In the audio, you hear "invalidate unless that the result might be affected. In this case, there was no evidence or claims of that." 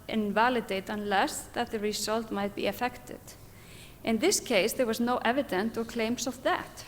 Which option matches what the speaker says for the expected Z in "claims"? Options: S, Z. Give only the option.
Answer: S